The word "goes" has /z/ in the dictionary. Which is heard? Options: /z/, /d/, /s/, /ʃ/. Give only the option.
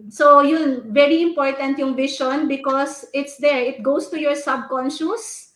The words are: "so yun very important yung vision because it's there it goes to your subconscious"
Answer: /s/